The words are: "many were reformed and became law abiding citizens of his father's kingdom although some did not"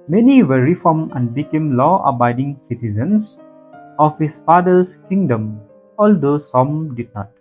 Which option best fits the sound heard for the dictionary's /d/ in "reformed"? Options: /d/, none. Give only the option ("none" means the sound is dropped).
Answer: none